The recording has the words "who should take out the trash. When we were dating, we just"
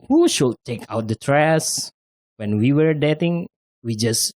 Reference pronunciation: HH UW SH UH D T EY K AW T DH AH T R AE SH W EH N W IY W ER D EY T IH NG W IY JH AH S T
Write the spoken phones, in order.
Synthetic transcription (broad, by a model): HH UW SH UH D T EY K AW T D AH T R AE S W EH N W IY W ER D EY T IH NG W IY JH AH S